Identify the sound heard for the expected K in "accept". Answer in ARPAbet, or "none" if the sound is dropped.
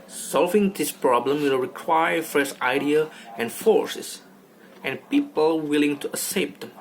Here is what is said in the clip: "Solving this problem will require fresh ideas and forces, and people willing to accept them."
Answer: none